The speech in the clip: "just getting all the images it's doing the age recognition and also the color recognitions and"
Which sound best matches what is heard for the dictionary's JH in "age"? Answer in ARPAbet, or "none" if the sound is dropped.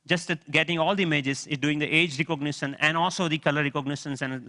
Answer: JH